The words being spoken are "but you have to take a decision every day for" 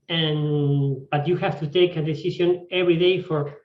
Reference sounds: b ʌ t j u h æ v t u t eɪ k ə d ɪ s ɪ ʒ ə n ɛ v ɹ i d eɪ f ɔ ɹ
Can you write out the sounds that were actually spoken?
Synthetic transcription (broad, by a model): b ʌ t j u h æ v t u t eɪ k ə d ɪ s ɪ s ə n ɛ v ɹ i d eɪ f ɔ ɹ